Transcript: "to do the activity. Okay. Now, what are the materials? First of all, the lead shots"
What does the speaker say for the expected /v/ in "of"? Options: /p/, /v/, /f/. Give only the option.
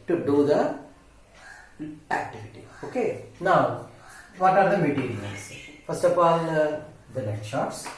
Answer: /p/